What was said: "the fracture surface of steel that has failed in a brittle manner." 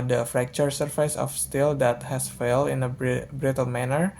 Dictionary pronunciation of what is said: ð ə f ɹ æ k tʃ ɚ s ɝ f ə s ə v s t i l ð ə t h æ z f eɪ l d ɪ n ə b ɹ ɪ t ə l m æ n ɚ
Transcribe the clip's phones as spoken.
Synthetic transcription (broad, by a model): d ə f ɹ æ k tʃ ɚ s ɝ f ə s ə f s t i l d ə t h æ s f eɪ l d ɪ n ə b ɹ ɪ t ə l m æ n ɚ